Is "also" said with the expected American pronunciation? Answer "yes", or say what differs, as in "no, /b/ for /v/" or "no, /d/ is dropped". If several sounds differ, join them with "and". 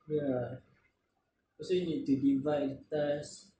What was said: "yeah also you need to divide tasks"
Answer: no, /l/ is dropped